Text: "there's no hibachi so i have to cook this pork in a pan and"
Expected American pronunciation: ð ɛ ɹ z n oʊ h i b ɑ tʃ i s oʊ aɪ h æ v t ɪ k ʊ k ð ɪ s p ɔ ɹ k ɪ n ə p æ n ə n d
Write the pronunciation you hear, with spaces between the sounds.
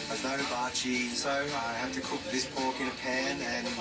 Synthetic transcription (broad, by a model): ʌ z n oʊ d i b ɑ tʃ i s oʊ aɪ h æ f t ɪ k ʊ k ð ɪ s p ɔ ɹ k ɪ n ə p æ n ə n